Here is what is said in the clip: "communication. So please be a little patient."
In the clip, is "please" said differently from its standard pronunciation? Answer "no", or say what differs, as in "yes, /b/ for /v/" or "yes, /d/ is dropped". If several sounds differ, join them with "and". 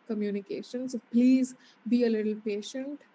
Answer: no